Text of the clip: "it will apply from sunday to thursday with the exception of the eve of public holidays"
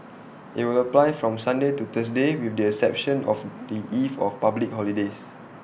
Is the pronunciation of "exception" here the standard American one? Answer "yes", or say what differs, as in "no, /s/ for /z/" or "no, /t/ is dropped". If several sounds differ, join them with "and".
no, /k/ is dropped